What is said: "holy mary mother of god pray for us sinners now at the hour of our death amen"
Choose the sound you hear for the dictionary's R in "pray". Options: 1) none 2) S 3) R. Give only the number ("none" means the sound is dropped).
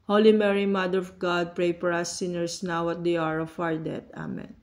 3